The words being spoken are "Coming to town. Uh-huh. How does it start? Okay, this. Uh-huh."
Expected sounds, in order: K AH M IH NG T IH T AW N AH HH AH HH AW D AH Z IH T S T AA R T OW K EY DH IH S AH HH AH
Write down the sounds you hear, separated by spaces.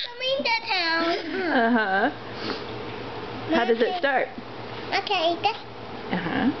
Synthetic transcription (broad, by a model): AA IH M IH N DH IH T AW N AH HH AH HH AW D AH Z IH T S T AA R T OW K EY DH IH AH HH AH